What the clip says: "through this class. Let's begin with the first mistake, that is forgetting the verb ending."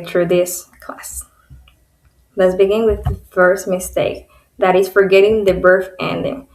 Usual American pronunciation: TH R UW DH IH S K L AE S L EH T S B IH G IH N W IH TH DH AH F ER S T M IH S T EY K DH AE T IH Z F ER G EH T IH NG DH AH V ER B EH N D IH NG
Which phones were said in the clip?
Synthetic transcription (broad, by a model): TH R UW DH IH S K L AE S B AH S B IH G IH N W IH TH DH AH F ER S T M IH S T EY K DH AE T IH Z F ER G EH T IH NG DH AH B ER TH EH N D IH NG